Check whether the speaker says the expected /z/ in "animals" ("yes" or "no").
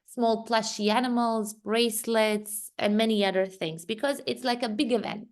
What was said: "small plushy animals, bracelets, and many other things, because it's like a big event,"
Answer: yes